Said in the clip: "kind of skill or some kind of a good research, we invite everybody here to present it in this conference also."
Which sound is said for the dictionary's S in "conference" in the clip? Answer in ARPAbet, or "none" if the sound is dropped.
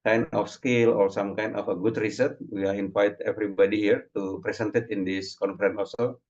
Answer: none